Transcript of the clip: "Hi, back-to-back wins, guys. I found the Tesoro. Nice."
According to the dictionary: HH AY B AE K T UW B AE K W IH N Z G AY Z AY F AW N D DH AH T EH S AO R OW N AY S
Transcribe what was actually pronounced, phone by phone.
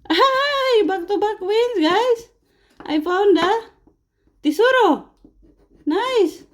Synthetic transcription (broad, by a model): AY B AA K T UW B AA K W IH N S G AY S AY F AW N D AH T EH S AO R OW N AY S